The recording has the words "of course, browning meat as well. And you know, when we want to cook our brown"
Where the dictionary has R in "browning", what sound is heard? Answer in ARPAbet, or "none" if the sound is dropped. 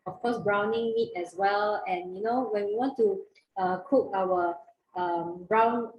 R